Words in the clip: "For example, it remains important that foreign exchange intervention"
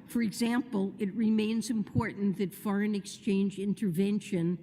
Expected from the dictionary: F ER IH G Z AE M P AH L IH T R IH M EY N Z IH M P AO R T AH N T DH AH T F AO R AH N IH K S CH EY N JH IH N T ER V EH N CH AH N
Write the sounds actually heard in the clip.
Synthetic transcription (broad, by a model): F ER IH G Z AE M P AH L IH T R IH M EY N Z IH M P AO R T N DH AH T F AO R AH N IH K S CH EY N JH IH N T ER V EH N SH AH N